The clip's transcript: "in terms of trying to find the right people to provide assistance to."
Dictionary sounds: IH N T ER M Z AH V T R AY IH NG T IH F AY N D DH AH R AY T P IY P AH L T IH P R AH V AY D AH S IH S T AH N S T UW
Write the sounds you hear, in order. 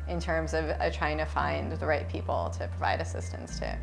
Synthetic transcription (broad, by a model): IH N T ER M Z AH V T R AY IH NG T IH F AY N DH AH R AY T P IY P L T IH P R AH V AY D AH S IH S T AH N S T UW